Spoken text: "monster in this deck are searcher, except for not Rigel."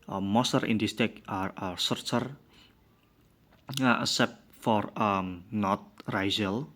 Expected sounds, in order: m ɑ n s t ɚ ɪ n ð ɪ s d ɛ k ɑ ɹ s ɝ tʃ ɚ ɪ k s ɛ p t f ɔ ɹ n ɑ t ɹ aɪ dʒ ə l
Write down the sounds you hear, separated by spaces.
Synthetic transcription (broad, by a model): m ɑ s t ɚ ɪ n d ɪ s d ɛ k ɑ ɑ s ɝ tʃ ɚ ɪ s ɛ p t f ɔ ɹ n ɑ t ɹ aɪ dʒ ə l